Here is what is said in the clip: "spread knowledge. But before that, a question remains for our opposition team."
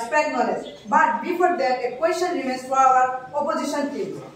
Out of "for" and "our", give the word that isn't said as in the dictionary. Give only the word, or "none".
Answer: for